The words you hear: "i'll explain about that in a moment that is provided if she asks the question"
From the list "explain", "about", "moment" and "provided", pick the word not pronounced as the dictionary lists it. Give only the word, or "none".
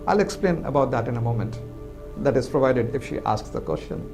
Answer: none